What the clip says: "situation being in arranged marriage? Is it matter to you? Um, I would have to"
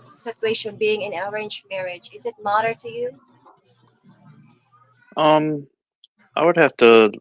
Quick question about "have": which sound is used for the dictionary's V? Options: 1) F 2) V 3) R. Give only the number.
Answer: 1